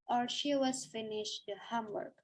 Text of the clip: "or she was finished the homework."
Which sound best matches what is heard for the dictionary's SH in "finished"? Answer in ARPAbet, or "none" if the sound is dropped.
SH